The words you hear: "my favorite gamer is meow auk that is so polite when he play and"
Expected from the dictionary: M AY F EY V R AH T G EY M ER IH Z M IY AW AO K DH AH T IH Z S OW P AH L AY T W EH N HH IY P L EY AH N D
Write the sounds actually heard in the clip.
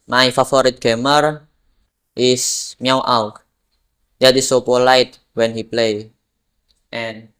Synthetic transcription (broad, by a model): M AY F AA F R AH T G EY M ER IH S M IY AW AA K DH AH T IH S OW P AH L AY T W EH N HH IY P L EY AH N